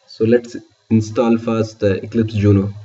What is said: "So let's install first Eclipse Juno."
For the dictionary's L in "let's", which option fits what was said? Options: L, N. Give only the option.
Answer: L